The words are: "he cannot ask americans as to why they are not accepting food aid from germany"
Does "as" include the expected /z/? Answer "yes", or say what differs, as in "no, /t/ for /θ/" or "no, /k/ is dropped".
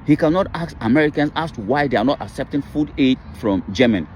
no, /s/ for /z/